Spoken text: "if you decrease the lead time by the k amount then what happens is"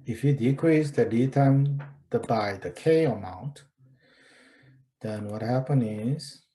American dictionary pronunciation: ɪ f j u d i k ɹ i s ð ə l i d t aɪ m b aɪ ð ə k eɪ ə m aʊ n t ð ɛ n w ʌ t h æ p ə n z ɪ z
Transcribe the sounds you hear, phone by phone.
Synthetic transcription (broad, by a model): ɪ f j u d i k ɹ i s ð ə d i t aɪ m b aɪ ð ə k eɪ ə m aʊ n t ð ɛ n w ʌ t h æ p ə n ɪ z